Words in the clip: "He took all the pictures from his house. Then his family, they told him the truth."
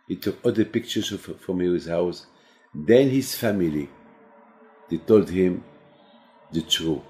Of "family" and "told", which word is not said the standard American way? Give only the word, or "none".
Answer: none